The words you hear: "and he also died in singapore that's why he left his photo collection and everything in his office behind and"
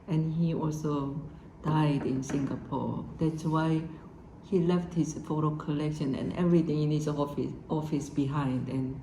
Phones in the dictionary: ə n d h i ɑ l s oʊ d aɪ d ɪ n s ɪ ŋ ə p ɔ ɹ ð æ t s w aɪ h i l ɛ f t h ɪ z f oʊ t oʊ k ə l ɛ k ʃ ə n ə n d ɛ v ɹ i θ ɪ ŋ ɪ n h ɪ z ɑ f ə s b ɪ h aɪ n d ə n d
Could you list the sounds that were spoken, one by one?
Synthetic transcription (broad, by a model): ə n h i ɑ l s oʊ d aɪ d ɪ n s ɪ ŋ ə p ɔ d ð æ t s w aɪ h i l ɛ f t h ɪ s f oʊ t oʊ k ə l ɛ k ʃ ə n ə n ɛ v ɹ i t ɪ ŋ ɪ n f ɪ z ɑ f ə s b ɪ h aɪ n d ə n